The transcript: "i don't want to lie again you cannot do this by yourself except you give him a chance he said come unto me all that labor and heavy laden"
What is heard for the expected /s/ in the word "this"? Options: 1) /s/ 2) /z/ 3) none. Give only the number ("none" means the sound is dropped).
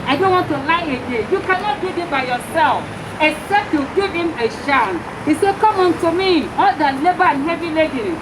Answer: 3